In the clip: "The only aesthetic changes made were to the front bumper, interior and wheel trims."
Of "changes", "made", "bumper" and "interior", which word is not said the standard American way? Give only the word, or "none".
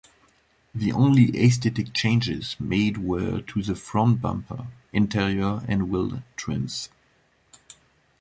none